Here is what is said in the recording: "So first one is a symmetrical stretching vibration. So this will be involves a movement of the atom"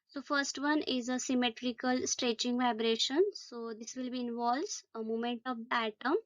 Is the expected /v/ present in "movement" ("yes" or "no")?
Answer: no